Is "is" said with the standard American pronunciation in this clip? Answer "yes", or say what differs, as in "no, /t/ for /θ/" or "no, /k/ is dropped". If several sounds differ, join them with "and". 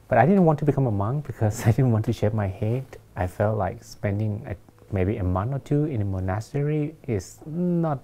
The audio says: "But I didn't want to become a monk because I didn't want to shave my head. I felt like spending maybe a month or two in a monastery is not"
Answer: no, /s/ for /z/